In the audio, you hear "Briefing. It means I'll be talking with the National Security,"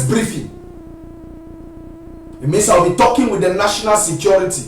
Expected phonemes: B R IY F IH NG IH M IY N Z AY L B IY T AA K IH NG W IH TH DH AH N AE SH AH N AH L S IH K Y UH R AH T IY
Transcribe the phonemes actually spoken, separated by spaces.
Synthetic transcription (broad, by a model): B R IY F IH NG IH M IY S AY W B IY T AA K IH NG W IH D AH N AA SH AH N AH L S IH K Y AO R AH T IY